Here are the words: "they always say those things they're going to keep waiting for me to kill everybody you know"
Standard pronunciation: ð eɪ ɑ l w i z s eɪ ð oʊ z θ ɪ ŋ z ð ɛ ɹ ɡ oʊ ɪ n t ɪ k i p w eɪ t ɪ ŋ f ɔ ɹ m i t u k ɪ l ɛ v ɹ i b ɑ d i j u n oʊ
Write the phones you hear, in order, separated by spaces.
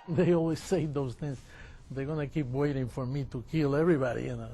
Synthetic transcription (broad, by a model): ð eɪ ɑ l w i z s eɪ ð oʊ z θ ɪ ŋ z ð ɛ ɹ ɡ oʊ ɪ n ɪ k i p w eɪ t ɪ ŋ f ɔ ɹ m i t u k ɪ l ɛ v ɹ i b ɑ d i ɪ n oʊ